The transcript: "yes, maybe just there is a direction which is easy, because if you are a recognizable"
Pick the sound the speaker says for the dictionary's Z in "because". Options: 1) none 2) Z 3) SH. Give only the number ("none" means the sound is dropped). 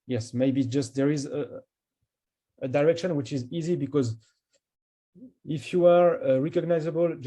2